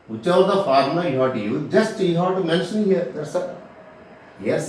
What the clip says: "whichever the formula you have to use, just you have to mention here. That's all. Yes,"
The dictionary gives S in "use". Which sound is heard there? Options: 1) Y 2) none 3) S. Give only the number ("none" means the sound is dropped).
2